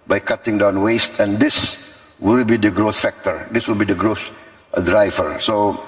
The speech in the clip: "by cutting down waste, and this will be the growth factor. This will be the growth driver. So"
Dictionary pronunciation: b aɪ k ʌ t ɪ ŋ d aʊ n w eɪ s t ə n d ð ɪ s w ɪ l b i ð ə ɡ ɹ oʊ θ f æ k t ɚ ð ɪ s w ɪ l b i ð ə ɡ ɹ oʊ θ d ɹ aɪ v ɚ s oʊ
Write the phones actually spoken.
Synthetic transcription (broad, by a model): b aɪ k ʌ t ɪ ŋ d aʊ n w eɪ s t ə n d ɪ s w ɪ l b i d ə ɡ ɹ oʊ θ f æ k t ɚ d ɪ s w ɪ l b i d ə ɡ ɹ oʊ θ d ɹ aɪ v ɚ s oʊ